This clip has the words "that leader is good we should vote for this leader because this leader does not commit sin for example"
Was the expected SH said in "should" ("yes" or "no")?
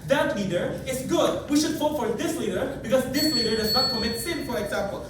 yes